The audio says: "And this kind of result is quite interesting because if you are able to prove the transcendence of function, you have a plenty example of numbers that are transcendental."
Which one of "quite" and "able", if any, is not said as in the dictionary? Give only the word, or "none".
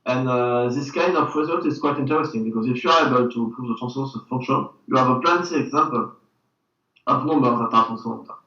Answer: none